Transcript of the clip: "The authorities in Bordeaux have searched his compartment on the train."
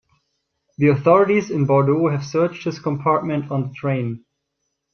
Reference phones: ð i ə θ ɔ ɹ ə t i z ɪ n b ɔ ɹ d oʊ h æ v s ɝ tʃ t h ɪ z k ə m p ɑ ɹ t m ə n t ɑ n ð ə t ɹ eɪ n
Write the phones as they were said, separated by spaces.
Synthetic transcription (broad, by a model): ð i ə θ ɔ ɹ ə t i z ɪ n b ɔ ɹ d oʊ h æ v s ɝ tʃ t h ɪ s k ə m p ɑ ɹ t m ə n t n ð ə t ɹ eɪ n